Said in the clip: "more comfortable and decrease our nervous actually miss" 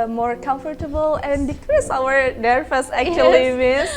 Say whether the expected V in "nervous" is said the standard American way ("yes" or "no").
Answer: no